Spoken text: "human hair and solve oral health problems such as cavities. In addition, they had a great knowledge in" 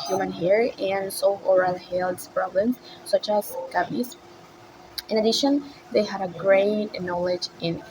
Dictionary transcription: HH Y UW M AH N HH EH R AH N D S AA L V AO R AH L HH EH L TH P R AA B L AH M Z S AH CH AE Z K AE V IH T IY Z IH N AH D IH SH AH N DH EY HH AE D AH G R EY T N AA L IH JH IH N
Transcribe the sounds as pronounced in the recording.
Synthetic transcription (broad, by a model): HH Y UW M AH N HH EH R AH N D S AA AO R AH L HH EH L S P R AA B L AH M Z S AH CH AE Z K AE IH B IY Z IH N AH D IH SH AH N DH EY HH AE D AH G R EY T N AA L IH JH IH N